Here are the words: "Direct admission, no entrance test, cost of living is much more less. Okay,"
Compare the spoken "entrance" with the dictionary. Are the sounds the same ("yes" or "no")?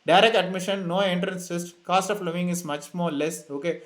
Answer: yes